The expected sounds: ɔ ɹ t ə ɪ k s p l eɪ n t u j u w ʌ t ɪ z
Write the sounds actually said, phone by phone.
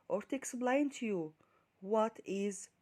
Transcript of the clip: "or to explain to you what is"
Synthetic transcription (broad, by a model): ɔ ɹ t ə k s b l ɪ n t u j u w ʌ t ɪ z